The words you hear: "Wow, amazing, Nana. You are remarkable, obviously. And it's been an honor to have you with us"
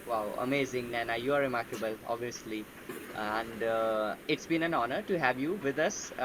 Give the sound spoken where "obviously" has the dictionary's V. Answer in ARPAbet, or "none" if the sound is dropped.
none